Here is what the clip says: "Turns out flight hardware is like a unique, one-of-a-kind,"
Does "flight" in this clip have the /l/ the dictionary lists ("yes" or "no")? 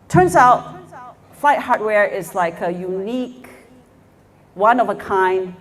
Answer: yes